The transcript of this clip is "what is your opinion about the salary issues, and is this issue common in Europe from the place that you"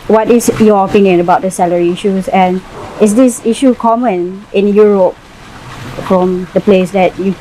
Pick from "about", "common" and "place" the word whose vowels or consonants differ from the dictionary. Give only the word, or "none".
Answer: none